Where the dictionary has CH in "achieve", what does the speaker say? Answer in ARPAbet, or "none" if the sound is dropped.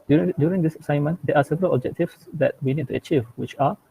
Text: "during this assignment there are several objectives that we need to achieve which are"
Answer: CH